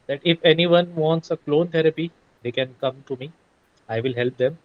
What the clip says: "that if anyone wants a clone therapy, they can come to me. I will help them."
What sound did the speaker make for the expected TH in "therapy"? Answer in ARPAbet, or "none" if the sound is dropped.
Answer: T